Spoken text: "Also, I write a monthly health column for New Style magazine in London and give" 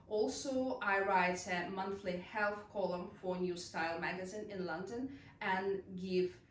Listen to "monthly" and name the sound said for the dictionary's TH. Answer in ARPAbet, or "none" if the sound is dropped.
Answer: TH